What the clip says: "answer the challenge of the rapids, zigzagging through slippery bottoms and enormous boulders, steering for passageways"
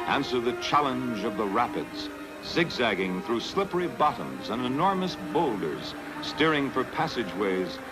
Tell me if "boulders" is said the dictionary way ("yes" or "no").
yes